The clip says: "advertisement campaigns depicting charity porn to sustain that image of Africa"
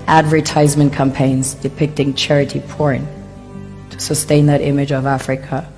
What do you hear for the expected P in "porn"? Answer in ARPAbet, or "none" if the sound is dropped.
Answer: P